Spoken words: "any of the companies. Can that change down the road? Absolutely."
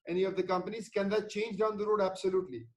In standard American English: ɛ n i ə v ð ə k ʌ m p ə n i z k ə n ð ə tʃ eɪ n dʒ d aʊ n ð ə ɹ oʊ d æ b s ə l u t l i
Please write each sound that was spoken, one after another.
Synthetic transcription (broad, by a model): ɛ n i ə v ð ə k ʌ m p ə n i z k ə n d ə tʃ eɪ n dʒ d aʊ n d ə ɹ oʊ d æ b s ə l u t l i